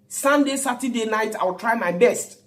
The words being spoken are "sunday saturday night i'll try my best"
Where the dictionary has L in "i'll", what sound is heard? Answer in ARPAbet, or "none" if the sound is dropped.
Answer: W